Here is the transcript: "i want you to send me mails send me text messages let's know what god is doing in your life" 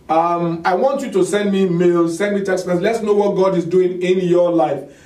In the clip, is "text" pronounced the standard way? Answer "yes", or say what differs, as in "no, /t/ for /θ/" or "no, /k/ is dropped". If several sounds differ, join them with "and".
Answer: no, /k/ is dropped